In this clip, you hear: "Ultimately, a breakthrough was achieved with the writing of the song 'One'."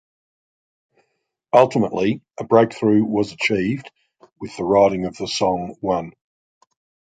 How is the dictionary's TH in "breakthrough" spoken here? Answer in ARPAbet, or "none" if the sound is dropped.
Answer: TH